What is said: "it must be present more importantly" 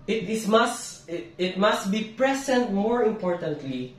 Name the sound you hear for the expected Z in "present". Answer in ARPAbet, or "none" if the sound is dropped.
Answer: S